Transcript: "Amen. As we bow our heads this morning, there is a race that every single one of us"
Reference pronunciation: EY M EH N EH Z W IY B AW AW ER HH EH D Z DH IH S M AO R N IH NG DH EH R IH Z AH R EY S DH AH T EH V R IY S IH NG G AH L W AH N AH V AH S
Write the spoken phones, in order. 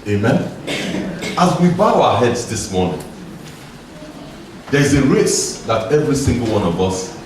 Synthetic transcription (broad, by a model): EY M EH N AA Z W IY B AW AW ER HH EH D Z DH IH S M AO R N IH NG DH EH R IH Z AH R EY S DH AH T EH V R IY S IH NG G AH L W AH N AH V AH S